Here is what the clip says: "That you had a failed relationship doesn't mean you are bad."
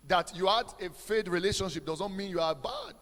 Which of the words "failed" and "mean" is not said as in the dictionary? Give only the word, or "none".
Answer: failed